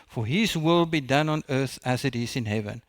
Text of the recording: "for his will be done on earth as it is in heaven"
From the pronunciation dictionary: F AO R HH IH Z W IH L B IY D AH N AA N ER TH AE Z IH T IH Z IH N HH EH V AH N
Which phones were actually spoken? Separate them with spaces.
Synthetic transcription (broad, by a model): F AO R HH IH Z W IH L B IY D AH N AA N ER TH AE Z IH T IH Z IH N HH EH V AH N